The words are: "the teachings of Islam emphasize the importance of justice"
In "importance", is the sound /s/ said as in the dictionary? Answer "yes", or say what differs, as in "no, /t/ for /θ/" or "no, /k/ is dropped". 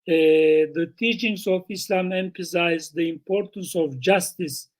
yes